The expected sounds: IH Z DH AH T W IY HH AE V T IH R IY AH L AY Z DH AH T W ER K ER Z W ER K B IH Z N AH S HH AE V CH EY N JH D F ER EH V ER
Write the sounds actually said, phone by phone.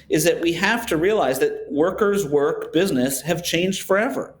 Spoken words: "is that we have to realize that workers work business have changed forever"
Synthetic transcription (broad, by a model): IH Z DH AH T W IY HH AE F T IH R IY AH L AY Z DH AH T W ER K ER Z W ER K B IH Z N AH S HH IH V CH EY N JH D F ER EH V ER